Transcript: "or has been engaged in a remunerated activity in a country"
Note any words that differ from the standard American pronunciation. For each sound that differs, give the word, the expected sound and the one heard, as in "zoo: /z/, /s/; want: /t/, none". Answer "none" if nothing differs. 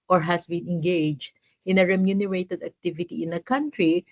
has: /z/, /s/